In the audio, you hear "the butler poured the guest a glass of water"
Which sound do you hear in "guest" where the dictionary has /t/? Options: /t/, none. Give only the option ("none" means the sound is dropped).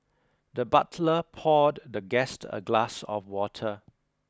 /t/